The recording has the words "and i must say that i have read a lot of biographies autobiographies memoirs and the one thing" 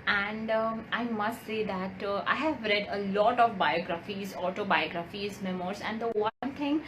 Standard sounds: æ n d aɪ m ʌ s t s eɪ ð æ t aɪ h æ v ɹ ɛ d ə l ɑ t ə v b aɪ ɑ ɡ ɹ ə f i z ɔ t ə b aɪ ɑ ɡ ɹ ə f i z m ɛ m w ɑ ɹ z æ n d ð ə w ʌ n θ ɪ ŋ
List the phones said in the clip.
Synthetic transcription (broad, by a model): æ n d aɪ m ʌ s t s eɪ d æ t aɪ h æ v ɹ ɛ d ə l ɑ t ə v b aɪ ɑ ɡ ɹ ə f i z ɔ t ə b aɪ ɑ ɡ ɹ ə f i z m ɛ m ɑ ɹ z æ n d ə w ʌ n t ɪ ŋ